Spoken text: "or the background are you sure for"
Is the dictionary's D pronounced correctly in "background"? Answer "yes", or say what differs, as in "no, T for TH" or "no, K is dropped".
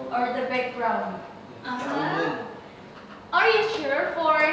no, D is dropped